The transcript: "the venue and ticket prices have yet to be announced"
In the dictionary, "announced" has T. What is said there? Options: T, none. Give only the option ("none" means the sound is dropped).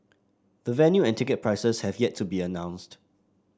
T